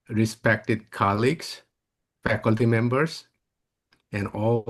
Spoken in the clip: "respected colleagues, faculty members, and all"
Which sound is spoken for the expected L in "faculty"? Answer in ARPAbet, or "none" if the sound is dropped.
L